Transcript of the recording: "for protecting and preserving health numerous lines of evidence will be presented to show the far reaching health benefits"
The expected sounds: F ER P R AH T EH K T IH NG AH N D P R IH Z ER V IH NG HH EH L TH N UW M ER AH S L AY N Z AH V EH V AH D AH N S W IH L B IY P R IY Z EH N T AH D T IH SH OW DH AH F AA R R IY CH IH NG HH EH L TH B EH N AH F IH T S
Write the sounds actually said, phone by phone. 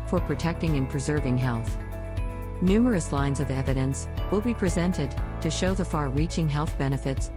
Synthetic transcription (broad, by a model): F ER P R AH T EH K T IH NG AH N P R IH Z ER V IH NG HH EH L TH N UW M ER AH S L AY N Z AH V EH V AH D AH N S W IH L B IY P R IY Z EH N T AH D T IH SH OW DH AH F AA R R IY CH IH NG HH EH L TH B EH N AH F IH T S